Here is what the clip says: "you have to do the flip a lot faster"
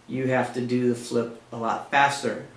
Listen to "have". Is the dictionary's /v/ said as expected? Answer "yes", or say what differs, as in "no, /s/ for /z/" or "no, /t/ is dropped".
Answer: no, /f/ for /v/